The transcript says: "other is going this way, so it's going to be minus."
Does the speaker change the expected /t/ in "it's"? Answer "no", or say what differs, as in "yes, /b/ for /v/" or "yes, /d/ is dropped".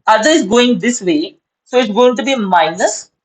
no